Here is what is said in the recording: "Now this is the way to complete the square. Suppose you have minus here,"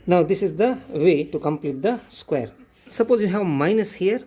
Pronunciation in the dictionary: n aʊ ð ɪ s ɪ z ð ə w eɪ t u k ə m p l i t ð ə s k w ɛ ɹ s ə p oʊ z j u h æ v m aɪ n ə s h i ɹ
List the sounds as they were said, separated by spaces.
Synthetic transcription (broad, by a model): n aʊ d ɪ s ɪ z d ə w eɪ t u k ə m p l i t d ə s k w ɛ ɹ s ə p oʊ z j u h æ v m aɪ n ə s h i ɹ